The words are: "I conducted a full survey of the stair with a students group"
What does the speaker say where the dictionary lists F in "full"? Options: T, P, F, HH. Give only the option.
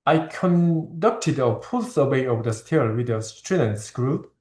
P